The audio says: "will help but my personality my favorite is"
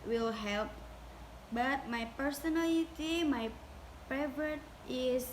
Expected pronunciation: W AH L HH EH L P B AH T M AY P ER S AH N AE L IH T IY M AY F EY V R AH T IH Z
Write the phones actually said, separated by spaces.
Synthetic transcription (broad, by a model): W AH L HH EH L P B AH T M AY P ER S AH N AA L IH T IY M AY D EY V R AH T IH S